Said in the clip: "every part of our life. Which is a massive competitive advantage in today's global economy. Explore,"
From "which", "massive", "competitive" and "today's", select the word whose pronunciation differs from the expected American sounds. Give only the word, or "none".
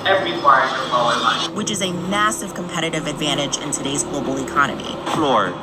none